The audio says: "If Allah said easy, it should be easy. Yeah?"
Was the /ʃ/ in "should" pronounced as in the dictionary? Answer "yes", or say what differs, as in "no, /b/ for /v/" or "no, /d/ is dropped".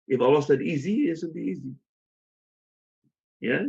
no, /s/ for /ʃ/